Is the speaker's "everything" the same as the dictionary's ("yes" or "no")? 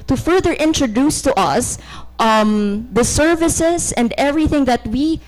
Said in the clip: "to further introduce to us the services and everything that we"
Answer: yes